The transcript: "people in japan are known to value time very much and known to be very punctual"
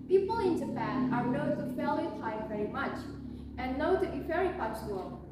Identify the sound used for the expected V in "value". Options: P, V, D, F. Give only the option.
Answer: F